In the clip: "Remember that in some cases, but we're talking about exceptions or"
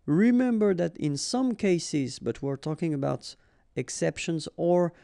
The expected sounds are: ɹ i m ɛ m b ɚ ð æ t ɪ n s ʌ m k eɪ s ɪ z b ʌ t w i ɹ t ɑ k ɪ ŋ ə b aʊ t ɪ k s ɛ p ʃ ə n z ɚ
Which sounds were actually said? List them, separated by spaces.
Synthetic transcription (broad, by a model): ɹ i m ɛ m b ɚ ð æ t ɪ n s ʌ m k eɪ s ɪ z b ʌ t w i ɹ t ɑ k ɪ ŋ ə b aʊ t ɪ k s ɛ p ʃ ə n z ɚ